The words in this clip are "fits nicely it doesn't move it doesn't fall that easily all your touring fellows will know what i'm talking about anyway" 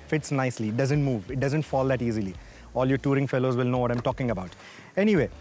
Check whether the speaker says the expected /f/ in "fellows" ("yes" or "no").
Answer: yes